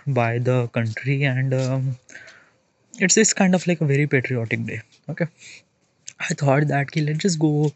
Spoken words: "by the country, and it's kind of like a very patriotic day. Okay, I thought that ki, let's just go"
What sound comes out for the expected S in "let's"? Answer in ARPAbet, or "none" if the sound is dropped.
none